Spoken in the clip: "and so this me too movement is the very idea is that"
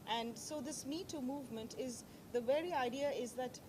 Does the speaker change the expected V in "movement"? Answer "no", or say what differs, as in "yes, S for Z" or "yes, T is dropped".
no